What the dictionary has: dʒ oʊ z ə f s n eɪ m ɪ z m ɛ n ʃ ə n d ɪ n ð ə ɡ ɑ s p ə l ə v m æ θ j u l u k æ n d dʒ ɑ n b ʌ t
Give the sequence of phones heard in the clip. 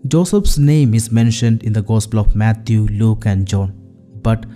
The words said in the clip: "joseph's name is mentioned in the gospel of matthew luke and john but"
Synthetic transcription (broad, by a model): dʒ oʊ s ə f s n eɪ m ɪ z m ɛ n ʃ ə n d ɪ n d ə ɡ ɑ s p ə l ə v m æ t j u l u k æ n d dʒ ɑ n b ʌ t